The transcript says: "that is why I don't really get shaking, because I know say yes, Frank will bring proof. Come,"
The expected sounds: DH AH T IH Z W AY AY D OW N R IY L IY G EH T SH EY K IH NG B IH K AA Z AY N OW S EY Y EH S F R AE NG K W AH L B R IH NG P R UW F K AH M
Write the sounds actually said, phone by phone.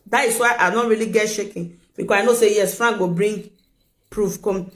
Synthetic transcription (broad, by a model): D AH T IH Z W AY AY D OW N R IY L IY G EH T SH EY K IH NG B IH K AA AY N OW S EY Y EH S F R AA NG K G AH B R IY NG P R UW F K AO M